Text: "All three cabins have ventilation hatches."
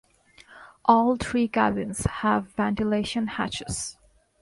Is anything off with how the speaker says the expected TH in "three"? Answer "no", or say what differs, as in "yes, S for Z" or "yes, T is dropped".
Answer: yes, T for TH